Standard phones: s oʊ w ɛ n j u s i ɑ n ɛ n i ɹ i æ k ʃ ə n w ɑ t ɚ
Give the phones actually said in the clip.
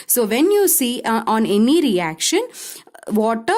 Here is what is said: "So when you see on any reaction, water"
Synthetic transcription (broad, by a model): s oʊ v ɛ n j u s i ɑ n ɛ n i ɹ i æ k ʃ ə n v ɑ t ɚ